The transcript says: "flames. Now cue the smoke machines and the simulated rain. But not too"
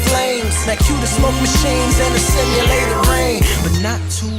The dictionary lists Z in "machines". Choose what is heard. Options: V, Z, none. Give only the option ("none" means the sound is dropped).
Z